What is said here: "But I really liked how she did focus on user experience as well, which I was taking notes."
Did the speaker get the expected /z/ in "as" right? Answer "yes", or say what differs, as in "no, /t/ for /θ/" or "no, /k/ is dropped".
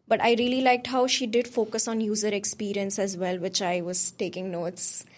yes